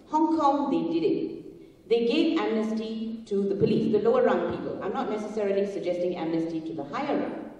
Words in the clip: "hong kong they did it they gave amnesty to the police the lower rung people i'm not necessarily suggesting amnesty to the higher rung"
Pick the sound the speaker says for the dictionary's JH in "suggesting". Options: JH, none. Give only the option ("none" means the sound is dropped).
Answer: JH